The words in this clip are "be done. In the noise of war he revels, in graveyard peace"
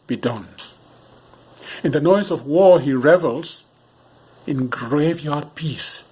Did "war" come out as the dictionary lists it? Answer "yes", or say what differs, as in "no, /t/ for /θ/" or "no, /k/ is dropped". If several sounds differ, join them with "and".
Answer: yes